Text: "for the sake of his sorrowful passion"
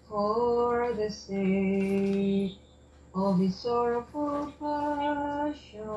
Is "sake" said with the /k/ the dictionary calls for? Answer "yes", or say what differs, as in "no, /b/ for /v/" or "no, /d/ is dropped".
no, /k/ is dropped